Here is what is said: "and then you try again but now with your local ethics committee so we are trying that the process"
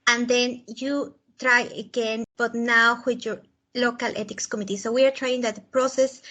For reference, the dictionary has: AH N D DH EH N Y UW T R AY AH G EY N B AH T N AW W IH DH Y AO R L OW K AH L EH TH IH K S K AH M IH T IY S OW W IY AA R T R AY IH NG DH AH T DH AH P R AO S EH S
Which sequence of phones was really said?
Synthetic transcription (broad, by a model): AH N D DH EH N Y UW T R AY AH G EY N B AH T N AW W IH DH Y AO R L OW K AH L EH T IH K S K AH M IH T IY S OW W IY AA R T R AY IH NG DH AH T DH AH P R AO S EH S